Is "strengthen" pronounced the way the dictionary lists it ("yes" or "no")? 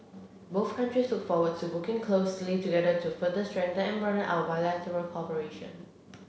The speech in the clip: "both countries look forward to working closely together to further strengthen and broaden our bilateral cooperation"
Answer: no